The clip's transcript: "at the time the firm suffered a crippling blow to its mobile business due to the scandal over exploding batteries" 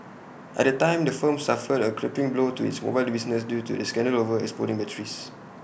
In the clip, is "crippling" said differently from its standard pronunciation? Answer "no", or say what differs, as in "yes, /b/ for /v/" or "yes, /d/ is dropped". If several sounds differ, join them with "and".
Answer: yes, /l/ is dropped